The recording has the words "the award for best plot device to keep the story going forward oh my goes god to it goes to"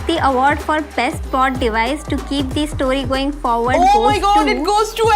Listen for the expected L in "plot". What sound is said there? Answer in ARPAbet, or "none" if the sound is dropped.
none